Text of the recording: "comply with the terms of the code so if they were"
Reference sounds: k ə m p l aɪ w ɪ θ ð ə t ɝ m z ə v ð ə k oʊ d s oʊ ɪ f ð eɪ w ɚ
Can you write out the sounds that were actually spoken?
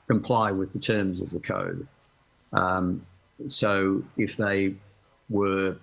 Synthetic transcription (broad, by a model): k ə m p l aɪ w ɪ ð ə t ɝ m z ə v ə k oʊ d s oʊ ɪ f ð eɪ w ɚ